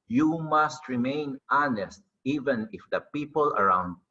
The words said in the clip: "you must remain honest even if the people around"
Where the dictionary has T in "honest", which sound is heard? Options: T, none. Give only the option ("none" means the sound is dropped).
T